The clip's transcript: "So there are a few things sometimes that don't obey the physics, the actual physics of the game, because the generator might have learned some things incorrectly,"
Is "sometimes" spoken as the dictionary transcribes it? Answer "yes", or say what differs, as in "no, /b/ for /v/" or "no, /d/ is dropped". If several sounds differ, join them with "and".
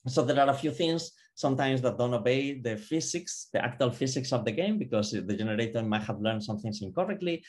no, /s/ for /z/